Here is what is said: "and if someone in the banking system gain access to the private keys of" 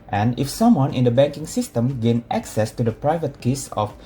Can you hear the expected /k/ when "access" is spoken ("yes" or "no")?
yes